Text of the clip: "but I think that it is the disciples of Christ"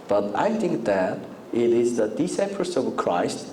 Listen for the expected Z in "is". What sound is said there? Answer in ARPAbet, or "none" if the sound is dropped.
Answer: Z